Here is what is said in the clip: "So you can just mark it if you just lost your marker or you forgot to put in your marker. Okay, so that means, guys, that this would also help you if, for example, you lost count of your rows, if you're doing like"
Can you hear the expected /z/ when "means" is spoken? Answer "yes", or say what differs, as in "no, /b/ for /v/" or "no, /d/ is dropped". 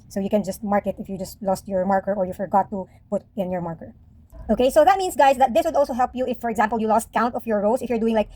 no, /s/ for /z/